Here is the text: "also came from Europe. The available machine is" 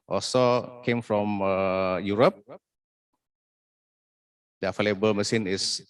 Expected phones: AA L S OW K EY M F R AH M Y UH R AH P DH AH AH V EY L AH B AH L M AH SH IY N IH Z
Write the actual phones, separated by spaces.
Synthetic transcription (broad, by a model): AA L S OW K EY M F R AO M Y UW R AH P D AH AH F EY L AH B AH L M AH S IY N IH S